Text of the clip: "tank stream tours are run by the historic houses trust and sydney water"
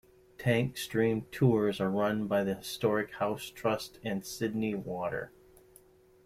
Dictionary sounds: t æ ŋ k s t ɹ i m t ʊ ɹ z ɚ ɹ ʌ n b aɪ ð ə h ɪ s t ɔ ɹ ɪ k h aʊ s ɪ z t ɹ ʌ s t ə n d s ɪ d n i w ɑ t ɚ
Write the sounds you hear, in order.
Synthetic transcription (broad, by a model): t æ ŋ k s t ɹ i m t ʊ ɹ z ɚ ɹ ʌ n b aɪ ð ə h ɪ s t ɔ ɹ ɪ k h aʊ s t ɹ ʌ s t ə n s ɪ d n i w ɑ t ɚ